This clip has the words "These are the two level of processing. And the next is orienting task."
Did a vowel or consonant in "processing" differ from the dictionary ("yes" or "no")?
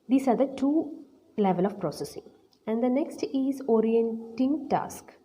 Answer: no